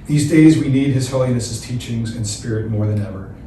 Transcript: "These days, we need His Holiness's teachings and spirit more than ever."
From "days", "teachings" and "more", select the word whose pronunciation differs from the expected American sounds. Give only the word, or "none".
none